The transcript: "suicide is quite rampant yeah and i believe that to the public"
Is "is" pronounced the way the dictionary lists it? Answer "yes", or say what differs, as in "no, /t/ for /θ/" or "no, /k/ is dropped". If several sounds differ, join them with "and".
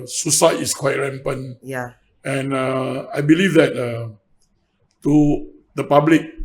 no, /s/ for /z/